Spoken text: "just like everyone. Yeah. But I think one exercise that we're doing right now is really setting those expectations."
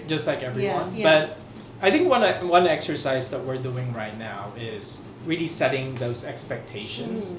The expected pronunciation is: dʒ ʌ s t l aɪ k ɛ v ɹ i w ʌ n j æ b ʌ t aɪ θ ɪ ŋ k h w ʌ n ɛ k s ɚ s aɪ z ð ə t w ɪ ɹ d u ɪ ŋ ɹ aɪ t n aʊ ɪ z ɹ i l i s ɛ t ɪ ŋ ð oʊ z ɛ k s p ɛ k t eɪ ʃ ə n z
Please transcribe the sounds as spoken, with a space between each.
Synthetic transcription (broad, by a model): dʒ ʌ s t l aɪ k ɛ v ɹ i w ʌ n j b ʌ t aɪ θ ɪ ŋ k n w ʌ n ɛ k s ɚ s aɪ z ð ə t w ɪ ɹ d u ɪ ŋ ɹ aɪ t n aʊ ɪ z ɹ i l i s ɛ t ɪ ŋ ð oʊ z ɛ k s p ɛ k t eɪ ʃ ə n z